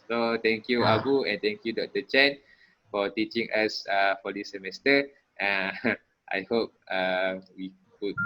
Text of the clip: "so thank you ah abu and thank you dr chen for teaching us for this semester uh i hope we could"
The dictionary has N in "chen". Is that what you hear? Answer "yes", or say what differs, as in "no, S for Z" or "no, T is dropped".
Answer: yes